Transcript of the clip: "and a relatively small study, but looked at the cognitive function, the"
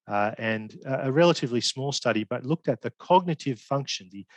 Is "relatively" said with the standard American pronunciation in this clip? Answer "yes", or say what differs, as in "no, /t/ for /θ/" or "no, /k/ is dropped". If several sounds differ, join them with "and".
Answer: yes